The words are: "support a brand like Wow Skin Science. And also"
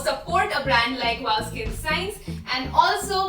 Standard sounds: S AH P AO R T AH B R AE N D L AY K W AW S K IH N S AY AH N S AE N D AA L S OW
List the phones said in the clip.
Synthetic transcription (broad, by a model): S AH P AO R T AH B R AE N D L AY K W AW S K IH L S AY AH N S AE N D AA L S OW